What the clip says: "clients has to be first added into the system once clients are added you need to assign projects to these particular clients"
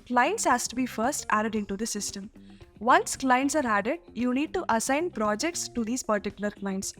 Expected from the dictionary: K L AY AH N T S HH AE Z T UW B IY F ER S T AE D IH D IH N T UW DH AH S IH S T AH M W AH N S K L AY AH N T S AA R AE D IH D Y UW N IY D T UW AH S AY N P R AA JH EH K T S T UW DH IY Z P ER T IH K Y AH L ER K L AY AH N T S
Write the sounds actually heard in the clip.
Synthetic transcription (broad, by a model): K L AY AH N T S HH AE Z T UW B IY F ER S T AE D IH D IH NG T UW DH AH S IH S T AH M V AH N S K L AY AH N T S AA R AE D IH D Y UW N IY D T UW AH S AY N P R AA JH EH K T S T UW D IY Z P ER T IH K Y AH L ER K L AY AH N T S